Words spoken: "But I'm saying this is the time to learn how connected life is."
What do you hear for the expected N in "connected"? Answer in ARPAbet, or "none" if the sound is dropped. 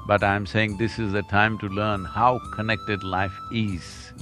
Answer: N